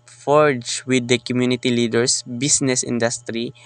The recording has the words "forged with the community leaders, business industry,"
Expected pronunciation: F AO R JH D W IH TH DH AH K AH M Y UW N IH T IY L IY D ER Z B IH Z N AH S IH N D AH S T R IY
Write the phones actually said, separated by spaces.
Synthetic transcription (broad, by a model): F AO R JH W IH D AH K AH M Y UW N IH T IY L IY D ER S B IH S N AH S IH N D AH S T R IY